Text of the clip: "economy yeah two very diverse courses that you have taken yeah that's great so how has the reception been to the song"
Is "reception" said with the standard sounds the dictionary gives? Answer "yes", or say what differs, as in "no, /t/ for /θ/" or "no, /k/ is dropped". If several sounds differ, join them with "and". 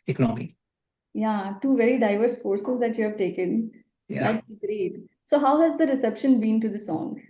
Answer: yes